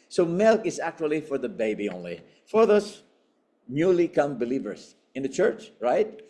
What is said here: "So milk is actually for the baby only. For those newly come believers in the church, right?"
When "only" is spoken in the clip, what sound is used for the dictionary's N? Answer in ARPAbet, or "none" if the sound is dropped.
N